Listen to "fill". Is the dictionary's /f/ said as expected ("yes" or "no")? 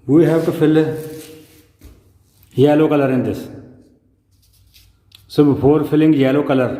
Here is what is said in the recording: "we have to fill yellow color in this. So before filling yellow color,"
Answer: yes